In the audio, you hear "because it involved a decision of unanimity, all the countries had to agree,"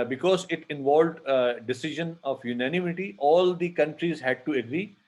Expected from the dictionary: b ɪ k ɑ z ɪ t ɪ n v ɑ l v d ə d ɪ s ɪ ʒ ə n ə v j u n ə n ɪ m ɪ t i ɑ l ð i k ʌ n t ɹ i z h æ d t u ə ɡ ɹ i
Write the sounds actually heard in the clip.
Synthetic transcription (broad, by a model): b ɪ k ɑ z ɪ t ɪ n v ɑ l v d ə d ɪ s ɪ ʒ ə n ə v j u n ə n ɪ m ɪ t i ɑ l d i k ʌ n t ɹ i z h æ d t u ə ɡ ɹ i